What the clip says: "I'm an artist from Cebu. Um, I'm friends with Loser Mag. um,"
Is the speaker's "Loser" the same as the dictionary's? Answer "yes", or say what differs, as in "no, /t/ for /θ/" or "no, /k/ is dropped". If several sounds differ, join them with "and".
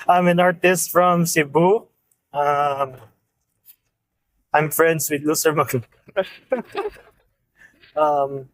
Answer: no, /s/ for /z/